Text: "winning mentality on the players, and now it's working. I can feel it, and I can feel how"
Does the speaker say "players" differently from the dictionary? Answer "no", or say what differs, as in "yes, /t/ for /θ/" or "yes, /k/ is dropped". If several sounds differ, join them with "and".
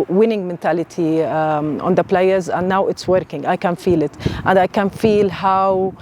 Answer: no